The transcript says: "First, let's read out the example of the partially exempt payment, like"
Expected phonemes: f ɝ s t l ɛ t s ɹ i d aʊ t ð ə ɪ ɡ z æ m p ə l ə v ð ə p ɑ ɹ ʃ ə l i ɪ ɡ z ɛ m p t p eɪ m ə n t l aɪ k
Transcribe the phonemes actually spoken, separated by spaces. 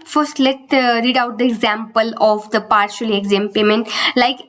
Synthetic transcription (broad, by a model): f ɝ s t l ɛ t ɹ i d aʊ t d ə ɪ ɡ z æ m p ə l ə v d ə p ɑ ɹ ʃ ə l i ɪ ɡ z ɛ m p p eɪ m ə n t l aɪ k